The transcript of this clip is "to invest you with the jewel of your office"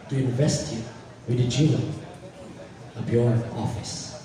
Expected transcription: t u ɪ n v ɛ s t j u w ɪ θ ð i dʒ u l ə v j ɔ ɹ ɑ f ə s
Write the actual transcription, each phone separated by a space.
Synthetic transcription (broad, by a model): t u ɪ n v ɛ s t j u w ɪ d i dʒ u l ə b j ɔ ɹ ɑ f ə s